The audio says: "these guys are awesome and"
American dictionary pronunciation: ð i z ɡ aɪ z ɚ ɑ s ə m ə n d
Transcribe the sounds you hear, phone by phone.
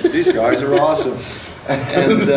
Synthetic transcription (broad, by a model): ð i z ɡ aɪ z ɚ ɑ s ə m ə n